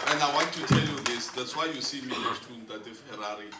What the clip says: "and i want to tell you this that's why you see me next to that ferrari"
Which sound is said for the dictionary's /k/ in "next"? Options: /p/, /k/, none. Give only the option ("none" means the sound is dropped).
none